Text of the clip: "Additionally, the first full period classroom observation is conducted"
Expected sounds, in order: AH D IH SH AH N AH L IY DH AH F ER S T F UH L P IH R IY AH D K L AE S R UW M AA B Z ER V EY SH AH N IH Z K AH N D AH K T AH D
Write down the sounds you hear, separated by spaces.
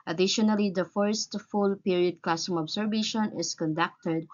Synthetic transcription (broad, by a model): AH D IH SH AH N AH L IY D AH F ER S T F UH L P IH R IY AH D K L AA S UW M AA B S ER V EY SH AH N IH S K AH N D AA K T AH D